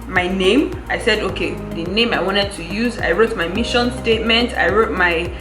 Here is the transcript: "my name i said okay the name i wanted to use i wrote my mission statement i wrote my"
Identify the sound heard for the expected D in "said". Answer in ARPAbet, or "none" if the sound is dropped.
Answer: D